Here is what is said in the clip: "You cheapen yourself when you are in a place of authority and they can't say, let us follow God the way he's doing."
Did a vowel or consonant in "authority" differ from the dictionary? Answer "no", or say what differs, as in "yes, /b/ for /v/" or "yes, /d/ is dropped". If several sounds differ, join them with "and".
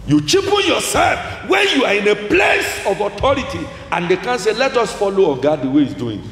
yes, /t/ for /θ/